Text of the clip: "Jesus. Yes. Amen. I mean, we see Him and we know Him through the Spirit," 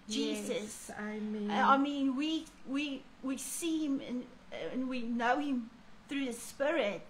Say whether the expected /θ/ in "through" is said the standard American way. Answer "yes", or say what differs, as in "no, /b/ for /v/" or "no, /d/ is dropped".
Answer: yes